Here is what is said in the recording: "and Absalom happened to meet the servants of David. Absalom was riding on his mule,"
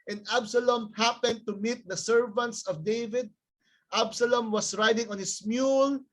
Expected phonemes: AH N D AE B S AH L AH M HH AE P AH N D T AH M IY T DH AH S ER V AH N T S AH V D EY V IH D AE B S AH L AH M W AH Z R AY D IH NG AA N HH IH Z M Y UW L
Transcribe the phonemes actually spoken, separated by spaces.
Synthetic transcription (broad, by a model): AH N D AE B S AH L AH M HH AE P AH N D T AH M IY T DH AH S ER V AH N T S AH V D EY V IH D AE B S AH L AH M W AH S R AY D IH NG AA N HH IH S M Y UW L